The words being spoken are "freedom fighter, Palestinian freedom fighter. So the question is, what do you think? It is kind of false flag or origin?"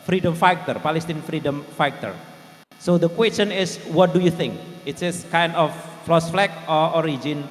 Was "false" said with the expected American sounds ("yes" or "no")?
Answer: no